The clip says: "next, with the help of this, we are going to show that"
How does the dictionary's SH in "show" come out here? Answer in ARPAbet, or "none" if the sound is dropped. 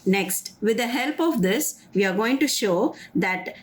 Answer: SH